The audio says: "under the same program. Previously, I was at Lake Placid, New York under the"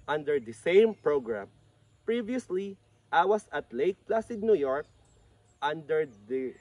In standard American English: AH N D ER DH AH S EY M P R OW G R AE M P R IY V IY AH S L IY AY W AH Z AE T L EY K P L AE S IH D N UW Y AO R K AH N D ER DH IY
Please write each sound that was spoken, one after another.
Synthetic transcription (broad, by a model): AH N D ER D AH S EY M P R OW G R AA M P R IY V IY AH S L IY AY W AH S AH T L EY K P L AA S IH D N UW Y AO R K AH N D ER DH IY